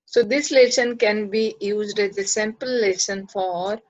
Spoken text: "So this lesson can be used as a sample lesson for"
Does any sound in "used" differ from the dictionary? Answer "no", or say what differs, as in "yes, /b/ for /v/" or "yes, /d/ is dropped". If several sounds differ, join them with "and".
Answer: no